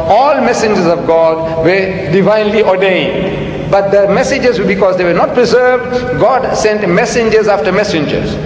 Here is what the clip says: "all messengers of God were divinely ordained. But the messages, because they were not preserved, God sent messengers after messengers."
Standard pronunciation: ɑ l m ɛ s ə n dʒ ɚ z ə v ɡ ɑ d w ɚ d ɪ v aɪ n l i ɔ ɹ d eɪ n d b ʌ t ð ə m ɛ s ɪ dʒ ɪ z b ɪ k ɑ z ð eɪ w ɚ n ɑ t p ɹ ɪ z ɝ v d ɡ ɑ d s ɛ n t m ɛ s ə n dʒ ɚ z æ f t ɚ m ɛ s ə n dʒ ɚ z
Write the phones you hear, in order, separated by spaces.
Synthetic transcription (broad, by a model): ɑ l m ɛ s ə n dʒ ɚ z ə v ɡ ɑ d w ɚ d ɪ v aɪ n l i ɔ ɹ d eɪ n d b ʌ t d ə m ɛ s ɪ dʒ ɪ z b ɪ k ɑ z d eɪ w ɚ n ɑ t p ɹ ɪ z ɝ v d ɡ ɑ d s ɛ n t m ɛ s ə n dʒ ɚ z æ f t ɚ m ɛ s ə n dʒ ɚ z